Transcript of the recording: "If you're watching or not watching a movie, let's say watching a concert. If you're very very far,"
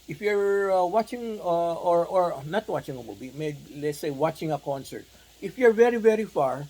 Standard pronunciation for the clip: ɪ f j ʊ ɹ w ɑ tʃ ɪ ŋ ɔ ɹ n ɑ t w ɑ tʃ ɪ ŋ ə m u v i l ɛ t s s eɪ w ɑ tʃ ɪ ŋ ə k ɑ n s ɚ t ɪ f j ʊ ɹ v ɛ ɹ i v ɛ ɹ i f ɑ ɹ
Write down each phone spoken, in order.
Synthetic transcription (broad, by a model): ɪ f j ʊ ɹ w ɑ tʃ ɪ ŋ ɔ ɹ n ɑ t w ɑ tʃ ɪ ŋ ə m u b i l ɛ t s s eɪ w ɑ tʃ ɪ ŋ ə k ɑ n s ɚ t ɪ f j ʊ ɹ v ɛ ɹ i v ɛ ɹ i f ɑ ɹ